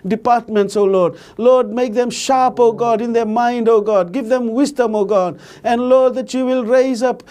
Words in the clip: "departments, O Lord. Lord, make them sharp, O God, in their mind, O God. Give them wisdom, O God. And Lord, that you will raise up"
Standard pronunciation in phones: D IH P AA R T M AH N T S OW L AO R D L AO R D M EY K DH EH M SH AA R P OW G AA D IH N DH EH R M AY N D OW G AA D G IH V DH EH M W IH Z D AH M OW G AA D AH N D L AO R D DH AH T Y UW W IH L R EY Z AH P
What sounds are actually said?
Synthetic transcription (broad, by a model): D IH P AA R T M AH N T S OW L AO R D L AO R D M EY K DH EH M SH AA P OW G AA D IH N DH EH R M AY N D OW G AA D G IH V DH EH M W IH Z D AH M OW G AA D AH N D L AO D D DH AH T Y UW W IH L R EY Z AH P